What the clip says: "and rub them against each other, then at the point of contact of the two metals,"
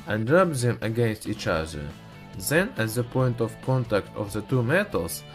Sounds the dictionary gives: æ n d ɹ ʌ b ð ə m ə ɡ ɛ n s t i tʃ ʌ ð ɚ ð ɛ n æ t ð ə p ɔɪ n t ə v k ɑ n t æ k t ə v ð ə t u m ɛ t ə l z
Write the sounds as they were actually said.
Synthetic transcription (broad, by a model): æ n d ɹ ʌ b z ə m ə ɡ ɛ n s t i tʃ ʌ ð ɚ ð ɛ n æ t ð ə p ɔɪ n t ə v k ɑ n t æ k t ə v ð ə t u m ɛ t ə l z